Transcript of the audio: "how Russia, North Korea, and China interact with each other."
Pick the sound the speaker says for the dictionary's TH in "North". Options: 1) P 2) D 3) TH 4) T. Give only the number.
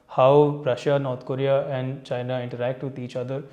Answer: 4